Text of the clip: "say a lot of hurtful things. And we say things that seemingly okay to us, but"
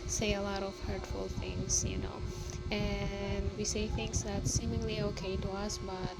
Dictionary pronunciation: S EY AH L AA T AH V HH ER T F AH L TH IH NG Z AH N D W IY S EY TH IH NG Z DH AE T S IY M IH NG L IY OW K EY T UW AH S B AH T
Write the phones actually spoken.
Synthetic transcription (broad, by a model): S EY AH L AA T AH V HH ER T F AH L TH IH NG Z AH N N W IY S EY TH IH NG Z DH AE T S IY M IH NG L IY OW K EY T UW AH S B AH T